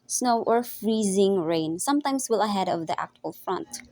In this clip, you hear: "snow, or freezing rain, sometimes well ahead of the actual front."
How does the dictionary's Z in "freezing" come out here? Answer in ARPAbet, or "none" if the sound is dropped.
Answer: Z